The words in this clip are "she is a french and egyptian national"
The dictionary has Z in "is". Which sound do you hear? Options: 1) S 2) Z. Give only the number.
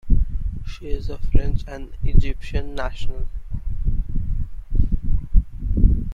2